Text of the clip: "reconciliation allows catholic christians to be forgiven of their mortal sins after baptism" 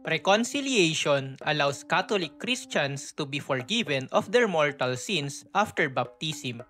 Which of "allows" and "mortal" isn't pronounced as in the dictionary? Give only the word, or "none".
allows